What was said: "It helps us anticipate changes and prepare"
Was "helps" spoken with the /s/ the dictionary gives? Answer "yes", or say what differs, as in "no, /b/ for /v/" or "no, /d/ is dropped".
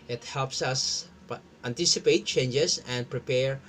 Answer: yes